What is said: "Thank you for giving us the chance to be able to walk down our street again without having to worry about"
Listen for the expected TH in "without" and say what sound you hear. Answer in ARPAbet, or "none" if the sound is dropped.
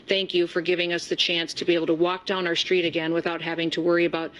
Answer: TH